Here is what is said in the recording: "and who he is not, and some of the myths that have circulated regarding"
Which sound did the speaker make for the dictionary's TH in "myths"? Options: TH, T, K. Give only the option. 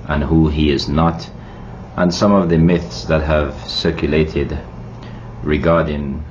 TH